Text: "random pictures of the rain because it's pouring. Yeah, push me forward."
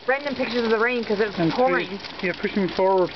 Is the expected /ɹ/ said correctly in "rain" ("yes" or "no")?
yes